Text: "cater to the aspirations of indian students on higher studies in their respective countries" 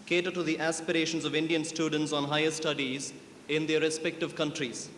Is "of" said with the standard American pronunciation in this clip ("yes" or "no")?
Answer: yes